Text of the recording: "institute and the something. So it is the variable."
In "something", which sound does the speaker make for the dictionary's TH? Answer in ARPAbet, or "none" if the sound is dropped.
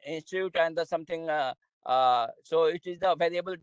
T